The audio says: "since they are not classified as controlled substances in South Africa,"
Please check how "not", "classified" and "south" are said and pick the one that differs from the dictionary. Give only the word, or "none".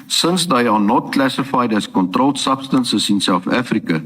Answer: south